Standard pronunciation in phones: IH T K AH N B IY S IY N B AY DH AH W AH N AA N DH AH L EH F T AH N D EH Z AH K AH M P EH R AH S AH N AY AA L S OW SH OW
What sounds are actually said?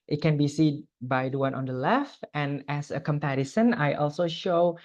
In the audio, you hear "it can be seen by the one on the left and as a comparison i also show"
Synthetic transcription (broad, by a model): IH T K AH N B IY S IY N B AY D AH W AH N AA N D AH L EH F T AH N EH S AH K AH M P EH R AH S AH N AY AA L S OW SH OW